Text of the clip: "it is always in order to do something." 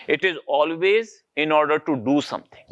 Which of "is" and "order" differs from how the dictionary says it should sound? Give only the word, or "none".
none